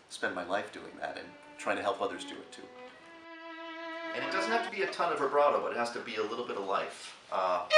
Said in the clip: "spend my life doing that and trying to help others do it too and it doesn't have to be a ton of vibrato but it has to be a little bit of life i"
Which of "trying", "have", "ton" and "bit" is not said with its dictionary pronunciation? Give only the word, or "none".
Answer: have